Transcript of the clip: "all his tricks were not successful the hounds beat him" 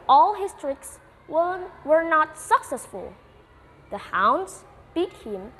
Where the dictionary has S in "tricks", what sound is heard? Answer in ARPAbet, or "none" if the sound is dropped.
S